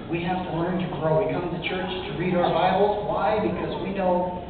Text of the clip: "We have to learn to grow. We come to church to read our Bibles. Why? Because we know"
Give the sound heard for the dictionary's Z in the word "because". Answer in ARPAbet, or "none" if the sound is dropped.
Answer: Z